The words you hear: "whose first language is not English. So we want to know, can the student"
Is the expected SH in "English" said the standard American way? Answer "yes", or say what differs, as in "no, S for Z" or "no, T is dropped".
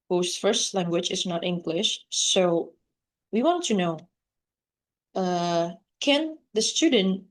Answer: yes